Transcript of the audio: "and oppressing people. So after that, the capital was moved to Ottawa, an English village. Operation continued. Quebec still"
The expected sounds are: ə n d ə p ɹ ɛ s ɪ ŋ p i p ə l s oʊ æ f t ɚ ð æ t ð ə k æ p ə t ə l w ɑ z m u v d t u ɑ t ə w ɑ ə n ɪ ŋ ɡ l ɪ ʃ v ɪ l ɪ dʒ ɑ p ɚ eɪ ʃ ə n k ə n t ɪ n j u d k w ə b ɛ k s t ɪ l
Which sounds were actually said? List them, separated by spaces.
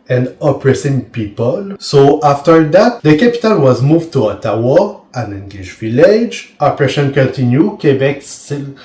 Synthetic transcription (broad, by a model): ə n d ə p ɹ ɛ s ɪ ŋ p i p ə l s oʊ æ f t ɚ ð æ t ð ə k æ p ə t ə l w ɑ z m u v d t u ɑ t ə w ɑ ə n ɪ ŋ ɡ l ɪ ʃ v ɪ l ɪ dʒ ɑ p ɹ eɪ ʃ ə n k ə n t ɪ n j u k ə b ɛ k s t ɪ l